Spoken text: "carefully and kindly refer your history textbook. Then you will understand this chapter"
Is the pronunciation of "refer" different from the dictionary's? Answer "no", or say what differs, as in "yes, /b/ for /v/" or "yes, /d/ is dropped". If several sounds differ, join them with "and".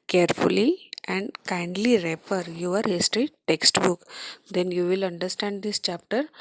yes, /p/ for /f/